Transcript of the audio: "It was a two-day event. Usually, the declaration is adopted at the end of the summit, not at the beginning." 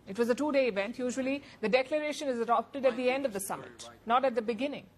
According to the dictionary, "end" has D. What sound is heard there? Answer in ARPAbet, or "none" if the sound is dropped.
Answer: D